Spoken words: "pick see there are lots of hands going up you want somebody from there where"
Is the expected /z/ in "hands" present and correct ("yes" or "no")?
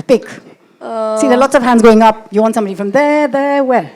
yes